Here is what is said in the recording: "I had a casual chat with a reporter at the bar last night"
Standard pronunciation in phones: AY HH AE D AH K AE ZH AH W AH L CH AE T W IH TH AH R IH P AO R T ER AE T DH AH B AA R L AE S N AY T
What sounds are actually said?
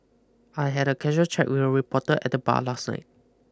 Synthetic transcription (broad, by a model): AY HH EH D AH K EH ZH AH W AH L CH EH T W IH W AH R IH P AO T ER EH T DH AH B AA L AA S N AY T